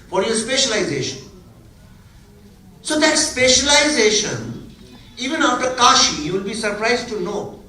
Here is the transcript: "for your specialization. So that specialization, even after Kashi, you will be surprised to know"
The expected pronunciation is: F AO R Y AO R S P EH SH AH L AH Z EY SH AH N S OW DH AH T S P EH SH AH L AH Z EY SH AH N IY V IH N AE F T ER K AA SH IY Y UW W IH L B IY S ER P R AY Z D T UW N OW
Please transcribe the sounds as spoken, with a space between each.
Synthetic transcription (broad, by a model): F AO R Y AO R S P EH SH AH L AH Z EY SH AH N S OW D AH T S P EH SH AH L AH Z EY SH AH N IY V IH N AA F T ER K AA SH IY Y UW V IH L B IY S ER P R AY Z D T UW N OW